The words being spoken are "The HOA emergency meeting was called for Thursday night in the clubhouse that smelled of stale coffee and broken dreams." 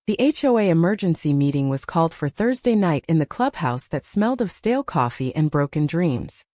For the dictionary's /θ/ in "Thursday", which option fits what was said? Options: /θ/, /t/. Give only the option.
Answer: /θ/